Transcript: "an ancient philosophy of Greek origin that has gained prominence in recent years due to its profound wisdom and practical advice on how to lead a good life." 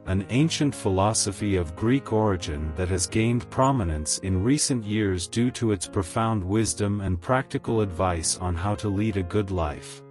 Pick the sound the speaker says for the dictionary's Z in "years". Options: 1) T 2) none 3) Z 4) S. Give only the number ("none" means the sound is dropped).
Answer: 3